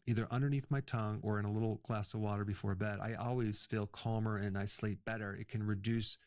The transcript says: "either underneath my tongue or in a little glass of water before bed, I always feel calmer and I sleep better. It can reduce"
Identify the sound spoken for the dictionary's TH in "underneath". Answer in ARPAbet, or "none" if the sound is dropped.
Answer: TH